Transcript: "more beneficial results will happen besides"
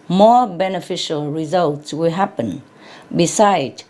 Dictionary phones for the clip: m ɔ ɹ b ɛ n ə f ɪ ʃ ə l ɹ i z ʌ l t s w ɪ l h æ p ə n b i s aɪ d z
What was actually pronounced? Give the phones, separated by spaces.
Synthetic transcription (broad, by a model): m ɔ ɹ b ɛ n ə f ɪ ʃ ə l ɹ i z ʌ l t s w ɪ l h æ p ə n b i s aɪ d